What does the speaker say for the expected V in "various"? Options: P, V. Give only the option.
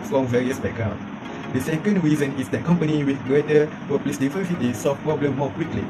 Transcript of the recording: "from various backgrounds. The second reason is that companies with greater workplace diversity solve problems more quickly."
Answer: V